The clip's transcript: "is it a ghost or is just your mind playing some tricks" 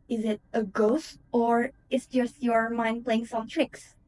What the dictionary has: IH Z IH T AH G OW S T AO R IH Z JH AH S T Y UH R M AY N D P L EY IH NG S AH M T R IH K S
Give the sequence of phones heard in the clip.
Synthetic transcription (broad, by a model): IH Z IH T AH G OW S T AO R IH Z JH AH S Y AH R M AY N D P L EY IH NG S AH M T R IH K S